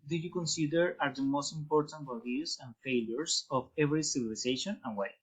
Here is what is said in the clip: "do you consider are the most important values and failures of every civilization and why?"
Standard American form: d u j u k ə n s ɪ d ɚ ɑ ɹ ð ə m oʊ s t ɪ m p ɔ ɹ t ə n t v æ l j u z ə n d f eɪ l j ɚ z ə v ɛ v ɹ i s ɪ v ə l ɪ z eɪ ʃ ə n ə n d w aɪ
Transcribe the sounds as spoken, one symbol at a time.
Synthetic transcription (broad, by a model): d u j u k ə n s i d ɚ ɑ ɹ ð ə m oʊ s t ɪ m p ɔ ɹ t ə n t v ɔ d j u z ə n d f eɪ l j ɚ s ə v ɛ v ɹ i s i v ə l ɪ s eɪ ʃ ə n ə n w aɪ